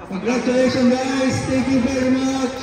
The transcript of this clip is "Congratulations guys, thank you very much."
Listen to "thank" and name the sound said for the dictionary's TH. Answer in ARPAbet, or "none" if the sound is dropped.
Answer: T